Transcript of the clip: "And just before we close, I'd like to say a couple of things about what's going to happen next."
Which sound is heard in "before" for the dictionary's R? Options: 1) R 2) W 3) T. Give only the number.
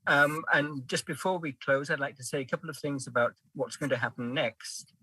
1